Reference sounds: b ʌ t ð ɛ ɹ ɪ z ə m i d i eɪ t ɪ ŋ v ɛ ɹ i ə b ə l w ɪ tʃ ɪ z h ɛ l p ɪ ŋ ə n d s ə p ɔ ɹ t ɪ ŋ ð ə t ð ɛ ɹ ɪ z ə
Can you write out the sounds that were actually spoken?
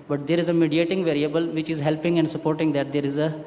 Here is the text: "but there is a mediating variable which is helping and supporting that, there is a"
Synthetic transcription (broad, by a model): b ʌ t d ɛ ɹ ɪ z ə m i d i eɪ t ɪ ŋ v ɛ ɹ i ə b ə l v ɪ tʃ ɪ z h ɛ l p ɪ ŋ ə n d s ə p ɔ ɹ t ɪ ŋ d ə t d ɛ ɹ ɪ z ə